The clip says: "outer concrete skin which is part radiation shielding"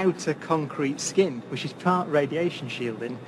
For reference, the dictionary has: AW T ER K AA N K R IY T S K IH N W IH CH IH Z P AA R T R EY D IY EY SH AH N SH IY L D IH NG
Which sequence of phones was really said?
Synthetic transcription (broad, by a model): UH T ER K AA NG K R IY T S K IH N W IH CH IH Z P AA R T R EY D IY EY SH AH N SH IY L D IH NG